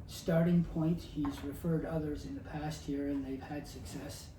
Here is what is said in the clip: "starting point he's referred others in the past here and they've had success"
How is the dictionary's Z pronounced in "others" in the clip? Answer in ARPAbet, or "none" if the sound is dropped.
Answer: Z